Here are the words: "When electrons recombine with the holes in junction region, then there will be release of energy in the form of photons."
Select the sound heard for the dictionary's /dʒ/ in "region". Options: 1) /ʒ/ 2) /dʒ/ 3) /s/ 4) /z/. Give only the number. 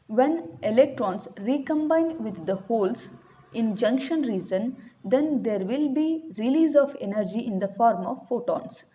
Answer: 4